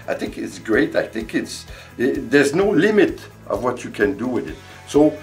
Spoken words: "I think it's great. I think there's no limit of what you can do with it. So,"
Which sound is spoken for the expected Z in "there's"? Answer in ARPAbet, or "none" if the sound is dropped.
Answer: Z